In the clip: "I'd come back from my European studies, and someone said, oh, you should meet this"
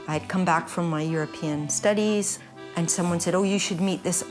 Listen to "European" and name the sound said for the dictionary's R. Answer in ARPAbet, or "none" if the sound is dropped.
R